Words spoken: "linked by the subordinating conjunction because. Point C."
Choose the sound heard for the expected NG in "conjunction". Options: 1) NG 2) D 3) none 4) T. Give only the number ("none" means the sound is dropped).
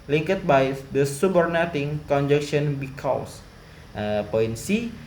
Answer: 3